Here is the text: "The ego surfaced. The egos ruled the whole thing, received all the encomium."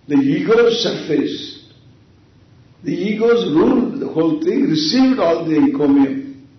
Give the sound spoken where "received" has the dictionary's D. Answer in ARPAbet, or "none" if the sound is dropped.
D